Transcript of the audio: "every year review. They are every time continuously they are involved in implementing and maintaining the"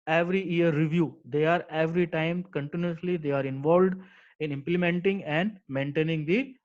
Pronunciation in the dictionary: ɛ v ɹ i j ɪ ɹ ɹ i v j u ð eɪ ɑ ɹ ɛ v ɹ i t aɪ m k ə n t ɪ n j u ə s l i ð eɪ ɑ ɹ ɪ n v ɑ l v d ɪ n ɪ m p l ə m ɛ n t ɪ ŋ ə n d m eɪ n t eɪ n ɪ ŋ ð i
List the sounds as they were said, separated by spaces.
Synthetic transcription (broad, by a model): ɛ v ɹ i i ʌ ɹ ɹ i v j u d eɪ ɑ ɹ ɛ v ɹ i t aɪ m k ə n t ɪ n j u ə s l i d eɪ ɑ ɹ ɪ n v ɑ l v d ɪ n ɪ m p l ə m ɛ n t ɪ ŋ ə n d m eɪ n t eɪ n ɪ ŋ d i